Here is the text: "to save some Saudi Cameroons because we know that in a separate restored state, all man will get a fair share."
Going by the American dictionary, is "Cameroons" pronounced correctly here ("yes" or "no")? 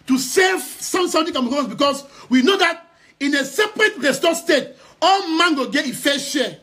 no